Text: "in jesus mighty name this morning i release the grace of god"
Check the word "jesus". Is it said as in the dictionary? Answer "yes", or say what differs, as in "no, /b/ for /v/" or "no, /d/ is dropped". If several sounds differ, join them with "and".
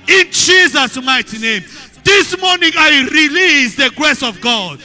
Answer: yes